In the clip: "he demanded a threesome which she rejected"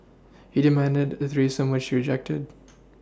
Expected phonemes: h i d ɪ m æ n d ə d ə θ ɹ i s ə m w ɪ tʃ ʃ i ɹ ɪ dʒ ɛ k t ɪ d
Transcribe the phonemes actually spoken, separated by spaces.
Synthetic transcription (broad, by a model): h i d ɪ m æ n d ə d ə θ ɹ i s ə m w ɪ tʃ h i ɹ ɪ dʒ ɛ k t ɪ d